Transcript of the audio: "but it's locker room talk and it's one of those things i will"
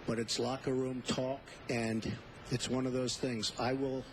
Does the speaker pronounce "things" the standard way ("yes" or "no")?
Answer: yes